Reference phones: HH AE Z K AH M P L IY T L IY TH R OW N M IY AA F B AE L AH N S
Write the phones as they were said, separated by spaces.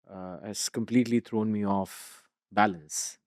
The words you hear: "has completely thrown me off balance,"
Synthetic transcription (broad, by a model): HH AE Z K AH M P L IY T L IY T R OW N M IY AA F B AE L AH N S